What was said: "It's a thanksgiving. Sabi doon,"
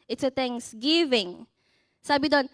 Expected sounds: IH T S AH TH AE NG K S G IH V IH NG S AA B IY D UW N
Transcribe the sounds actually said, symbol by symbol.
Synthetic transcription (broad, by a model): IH T S AH T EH NG S G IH V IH NG S AA B IY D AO N